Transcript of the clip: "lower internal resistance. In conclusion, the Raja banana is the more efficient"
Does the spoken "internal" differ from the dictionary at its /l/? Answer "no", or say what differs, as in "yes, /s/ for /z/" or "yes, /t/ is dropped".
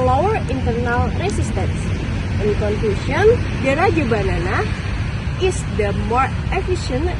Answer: no